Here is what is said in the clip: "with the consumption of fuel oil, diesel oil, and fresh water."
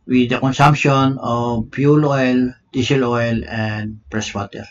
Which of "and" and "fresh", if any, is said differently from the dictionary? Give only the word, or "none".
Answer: fresh